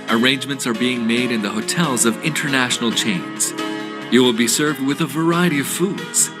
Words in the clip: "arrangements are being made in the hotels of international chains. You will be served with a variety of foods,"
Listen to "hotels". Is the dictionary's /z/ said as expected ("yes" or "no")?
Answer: yes